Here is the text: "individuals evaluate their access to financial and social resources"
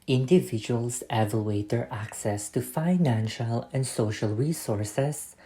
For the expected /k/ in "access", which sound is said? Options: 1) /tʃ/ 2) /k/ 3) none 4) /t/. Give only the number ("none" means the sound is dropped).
2